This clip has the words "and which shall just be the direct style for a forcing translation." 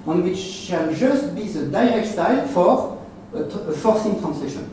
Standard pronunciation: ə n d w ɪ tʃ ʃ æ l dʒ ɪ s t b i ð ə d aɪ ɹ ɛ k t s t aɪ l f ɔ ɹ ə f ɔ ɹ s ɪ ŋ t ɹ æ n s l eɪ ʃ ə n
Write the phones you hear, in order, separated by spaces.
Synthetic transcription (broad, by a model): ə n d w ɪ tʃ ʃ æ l ʒ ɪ s t b i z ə d aɪ ɹ ɛ k t s t aɪ l f ɔ ɹ ə f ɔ ɹ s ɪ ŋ t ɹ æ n s l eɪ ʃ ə n